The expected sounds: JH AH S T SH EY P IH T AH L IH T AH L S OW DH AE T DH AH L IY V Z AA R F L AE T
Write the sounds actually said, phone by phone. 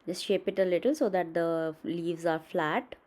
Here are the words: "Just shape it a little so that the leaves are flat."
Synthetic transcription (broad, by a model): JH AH S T SH EY P IH T AH L IH T AH L S OW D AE T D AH L IY V Z AA R F L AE T